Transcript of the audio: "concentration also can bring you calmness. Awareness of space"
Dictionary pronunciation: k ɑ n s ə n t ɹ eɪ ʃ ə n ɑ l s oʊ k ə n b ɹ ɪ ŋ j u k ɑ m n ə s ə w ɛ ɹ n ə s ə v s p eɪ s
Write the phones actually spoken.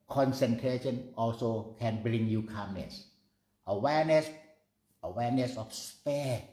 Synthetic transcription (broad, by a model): k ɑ n s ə n t ɹ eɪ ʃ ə n ɑ l s oʊ k ə n b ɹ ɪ ŋ j u k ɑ m n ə s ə w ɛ w n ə s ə f s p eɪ